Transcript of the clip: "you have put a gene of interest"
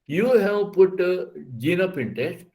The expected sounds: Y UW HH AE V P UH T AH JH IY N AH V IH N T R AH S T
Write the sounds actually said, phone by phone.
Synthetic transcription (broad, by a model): Y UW HH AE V P UH T JH IY N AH P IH N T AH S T